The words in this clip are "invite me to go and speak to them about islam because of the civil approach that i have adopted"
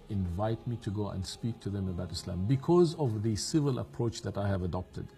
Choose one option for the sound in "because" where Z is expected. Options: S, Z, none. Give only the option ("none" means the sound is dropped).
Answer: Z